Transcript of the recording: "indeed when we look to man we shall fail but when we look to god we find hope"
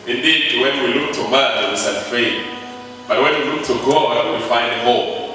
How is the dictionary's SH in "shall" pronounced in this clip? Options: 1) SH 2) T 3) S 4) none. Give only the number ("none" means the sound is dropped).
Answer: 3